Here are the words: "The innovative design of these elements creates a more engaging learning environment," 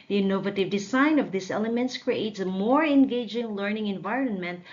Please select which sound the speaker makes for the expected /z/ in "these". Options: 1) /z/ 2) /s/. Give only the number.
2